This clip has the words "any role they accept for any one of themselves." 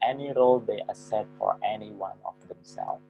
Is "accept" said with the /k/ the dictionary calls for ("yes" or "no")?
no